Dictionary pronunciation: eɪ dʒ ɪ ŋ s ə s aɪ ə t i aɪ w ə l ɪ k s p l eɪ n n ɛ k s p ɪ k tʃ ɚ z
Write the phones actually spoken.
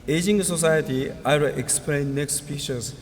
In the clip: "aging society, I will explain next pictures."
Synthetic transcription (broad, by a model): eɪ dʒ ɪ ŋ s ə s aɪ ə t i aɪ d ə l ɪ k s p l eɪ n n ɛ k s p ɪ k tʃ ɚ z